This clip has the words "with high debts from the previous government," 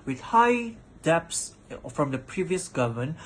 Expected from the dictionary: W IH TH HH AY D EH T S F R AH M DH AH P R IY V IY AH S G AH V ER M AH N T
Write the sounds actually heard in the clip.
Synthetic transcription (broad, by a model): W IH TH HH AY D EH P S F R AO M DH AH P R IY V IY AH S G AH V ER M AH N